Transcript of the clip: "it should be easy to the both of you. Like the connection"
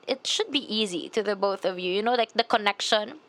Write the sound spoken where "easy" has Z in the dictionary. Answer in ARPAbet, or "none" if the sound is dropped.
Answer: Z